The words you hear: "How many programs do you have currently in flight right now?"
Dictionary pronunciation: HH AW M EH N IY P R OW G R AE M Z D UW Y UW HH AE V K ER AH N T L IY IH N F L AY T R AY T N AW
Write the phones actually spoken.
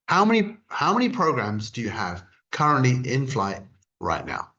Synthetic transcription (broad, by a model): HH AW M EH N IY P R OW G R AE M Z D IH Y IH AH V K ER AH N T L IY IH N F L AY T R AY T N AW